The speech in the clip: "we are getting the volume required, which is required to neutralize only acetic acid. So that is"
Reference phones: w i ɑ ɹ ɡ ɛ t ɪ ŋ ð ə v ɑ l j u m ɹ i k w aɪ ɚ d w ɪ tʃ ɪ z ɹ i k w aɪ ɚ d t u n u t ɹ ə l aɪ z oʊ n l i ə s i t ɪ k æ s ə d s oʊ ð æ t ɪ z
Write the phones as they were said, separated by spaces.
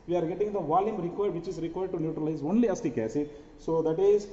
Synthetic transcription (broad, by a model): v i ɑ ɹ ɡ ɛ t ɪ ŋ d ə v ɑ l j u m ɹ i k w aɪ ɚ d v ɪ tʃ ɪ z ɹ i k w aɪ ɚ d t u n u t ɹ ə l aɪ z oʊ n l i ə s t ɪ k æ s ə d s oʊ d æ t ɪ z